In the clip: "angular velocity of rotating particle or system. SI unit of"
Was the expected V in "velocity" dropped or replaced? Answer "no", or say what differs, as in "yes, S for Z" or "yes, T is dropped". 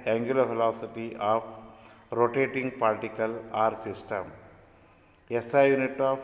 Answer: yes, F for V